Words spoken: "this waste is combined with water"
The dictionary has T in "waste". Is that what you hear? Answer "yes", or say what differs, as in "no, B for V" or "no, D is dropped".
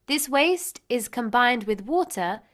yes